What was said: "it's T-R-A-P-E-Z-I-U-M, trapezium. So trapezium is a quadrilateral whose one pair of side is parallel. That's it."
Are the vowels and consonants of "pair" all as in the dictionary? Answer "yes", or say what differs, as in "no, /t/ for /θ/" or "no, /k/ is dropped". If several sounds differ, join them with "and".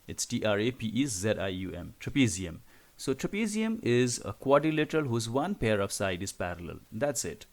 yes